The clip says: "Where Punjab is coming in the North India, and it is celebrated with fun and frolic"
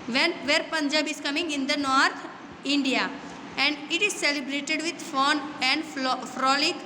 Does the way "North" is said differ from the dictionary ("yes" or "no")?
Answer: yes